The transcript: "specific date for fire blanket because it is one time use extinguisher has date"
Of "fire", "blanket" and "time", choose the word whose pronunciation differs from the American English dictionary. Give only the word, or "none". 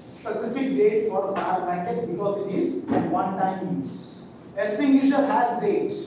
blanket